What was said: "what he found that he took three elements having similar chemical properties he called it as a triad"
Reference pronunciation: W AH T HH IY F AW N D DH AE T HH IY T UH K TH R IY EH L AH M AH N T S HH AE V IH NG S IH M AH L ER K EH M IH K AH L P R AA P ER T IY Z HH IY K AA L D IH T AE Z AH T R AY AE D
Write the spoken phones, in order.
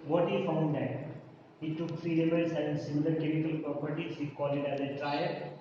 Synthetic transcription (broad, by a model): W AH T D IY F AW N D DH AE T HH IY T UH K F R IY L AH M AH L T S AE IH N S IH M AH L ER K EH M IH K AH L P R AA P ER T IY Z HH IY K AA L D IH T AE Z AH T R AY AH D